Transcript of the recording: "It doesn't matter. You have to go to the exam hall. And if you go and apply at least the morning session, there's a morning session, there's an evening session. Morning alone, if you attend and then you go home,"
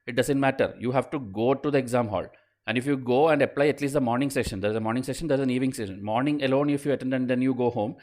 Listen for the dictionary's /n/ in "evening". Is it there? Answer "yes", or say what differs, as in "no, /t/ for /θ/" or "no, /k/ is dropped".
no, /n/ is dropped